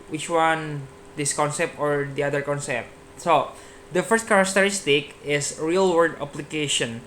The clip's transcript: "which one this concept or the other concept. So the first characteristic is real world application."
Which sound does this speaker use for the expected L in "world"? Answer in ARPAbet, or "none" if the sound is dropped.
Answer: none